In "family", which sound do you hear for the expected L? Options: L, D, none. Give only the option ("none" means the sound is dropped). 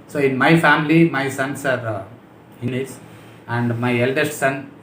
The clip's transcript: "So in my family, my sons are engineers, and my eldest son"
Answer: L